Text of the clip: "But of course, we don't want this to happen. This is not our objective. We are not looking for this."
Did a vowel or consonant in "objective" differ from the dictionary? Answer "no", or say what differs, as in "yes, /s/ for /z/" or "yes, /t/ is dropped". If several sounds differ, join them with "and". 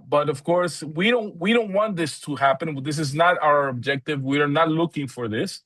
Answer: no